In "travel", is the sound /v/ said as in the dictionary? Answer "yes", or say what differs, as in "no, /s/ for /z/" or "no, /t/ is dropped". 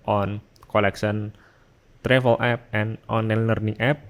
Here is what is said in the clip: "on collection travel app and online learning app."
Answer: no, /f/ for /v/